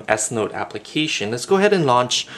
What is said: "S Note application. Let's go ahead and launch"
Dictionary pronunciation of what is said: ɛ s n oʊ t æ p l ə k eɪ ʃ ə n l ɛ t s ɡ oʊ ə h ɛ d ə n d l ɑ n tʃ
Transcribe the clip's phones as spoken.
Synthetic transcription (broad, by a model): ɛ s n oʊ t æ p l ə k eɪ ʃ ə n l ɛ t s ɡ oʊ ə h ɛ d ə n l ɑ n tʃ